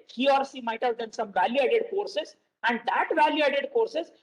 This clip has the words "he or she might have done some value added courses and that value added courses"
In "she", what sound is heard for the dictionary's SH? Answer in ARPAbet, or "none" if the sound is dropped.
S